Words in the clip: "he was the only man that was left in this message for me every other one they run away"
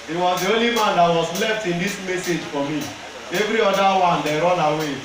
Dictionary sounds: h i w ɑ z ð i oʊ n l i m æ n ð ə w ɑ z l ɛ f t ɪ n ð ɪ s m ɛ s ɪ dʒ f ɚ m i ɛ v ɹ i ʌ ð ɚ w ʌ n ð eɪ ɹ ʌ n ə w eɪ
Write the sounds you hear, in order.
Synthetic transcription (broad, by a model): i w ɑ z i oʊ l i m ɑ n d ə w ɑ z l ɛ f t ɪ n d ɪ s m ɛ s ɪ dʒ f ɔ m i ɛ v ɹ i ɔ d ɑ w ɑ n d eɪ ɹ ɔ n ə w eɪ